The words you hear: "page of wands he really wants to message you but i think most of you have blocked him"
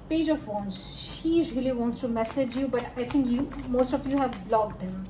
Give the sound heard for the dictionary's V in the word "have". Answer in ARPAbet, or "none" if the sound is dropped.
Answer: V